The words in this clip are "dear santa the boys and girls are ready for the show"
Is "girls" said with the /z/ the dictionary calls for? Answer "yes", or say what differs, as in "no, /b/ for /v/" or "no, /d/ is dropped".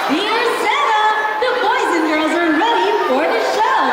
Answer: yes